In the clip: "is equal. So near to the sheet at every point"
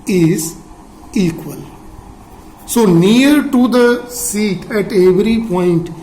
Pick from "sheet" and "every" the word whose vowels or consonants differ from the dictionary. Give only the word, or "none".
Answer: sheet